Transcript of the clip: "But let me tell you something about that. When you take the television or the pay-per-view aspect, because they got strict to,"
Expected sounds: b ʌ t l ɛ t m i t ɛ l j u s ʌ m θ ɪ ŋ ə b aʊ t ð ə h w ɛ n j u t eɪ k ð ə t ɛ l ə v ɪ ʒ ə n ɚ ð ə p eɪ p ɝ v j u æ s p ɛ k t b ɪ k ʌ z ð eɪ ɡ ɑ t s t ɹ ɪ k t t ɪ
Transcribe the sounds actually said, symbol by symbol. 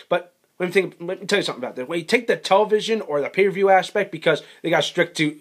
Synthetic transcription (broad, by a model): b ʌ t n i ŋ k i t ɛ l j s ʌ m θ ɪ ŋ ə b aʊ t ð ə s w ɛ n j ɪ t eɪ k ð ə t ɛ l ə v ɪ ʒ ə n ɚ ð ə p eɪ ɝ v j u æ s p ɛ k t b ɪ k ʌ z ð eɪ ɡ ɑ t s t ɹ ɪ k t t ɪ